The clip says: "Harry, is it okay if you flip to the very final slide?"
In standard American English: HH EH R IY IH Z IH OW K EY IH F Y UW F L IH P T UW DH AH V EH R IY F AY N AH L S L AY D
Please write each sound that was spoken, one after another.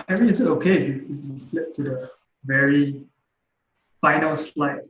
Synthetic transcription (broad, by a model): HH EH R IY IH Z IH OW K EY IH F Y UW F L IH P T UW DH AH V EH R IY F AY N AH L S L AY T